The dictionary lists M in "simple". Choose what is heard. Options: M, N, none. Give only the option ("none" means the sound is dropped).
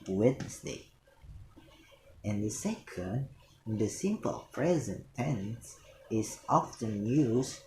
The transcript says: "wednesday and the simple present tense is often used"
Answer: M